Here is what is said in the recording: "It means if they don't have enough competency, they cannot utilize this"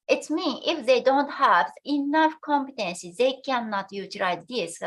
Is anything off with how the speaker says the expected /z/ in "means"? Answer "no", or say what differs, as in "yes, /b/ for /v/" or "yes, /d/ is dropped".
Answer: yes, /z/ is dropped